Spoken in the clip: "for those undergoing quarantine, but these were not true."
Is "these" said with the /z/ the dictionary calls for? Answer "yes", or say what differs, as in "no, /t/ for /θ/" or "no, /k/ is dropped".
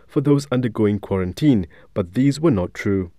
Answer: yes